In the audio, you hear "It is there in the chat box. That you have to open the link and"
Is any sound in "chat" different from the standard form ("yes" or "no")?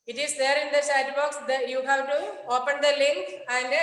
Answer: yes